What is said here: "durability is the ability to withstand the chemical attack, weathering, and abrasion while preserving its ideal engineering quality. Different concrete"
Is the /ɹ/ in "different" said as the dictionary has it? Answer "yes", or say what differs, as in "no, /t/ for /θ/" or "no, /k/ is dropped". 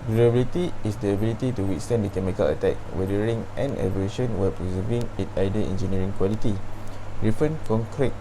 no, /ɹ/ is dropped